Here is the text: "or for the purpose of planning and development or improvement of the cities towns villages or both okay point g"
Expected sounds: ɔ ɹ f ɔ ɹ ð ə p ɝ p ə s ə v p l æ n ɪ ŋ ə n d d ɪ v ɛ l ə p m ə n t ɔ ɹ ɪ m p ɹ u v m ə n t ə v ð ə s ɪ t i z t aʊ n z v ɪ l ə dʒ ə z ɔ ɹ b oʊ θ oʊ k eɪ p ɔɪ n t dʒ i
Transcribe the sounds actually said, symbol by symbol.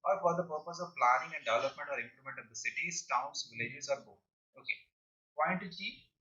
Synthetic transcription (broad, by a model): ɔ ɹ f ɔ ɹ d ə p ɝ p ə s ə v p l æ n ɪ ŋ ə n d d ɪ v ɛ l ə p m ə n t ɔ ɹ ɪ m p l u m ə n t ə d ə s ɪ t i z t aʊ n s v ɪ l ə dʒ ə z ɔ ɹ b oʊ oʊ k eɪ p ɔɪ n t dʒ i